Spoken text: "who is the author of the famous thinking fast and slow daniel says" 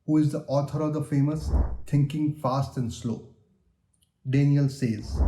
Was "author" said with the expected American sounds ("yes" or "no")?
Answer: no